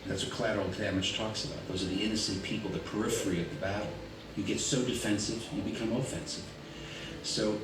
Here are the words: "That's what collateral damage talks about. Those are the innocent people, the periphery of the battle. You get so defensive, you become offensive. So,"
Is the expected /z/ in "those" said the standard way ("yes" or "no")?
yes